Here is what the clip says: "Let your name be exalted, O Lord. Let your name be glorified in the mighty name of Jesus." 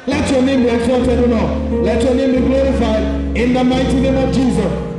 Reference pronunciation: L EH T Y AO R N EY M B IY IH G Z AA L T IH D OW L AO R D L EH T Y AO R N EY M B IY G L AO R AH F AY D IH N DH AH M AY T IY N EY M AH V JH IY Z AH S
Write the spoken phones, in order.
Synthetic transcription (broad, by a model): L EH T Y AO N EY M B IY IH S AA T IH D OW N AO L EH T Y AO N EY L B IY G L AO R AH F AY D IH N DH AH M AY T IY N EY M AH V JH IY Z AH S